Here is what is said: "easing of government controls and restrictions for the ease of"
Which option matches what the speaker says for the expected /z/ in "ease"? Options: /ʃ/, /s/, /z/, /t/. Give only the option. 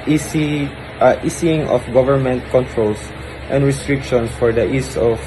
/s/